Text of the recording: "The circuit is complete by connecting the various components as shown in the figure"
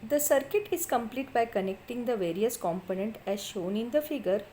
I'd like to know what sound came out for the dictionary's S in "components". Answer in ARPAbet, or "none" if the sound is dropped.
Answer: none